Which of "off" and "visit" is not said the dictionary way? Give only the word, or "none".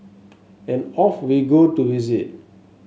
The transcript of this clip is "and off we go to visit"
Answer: visit